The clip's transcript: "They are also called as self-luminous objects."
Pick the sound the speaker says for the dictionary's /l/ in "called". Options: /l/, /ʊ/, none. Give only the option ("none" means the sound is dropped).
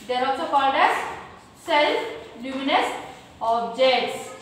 none